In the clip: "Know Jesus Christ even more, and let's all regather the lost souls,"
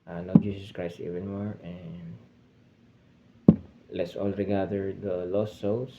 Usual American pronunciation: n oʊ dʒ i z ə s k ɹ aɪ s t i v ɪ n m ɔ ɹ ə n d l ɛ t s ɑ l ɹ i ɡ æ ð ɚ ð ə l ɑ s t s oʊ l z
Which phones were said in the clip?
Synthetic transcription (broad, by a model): n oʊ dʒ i s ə s k ɹ aɪ s t i v ɪ n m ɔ ɹ ə n d l ɛ t s ɑ l ɹ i ɡ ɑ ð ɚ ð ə l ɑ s s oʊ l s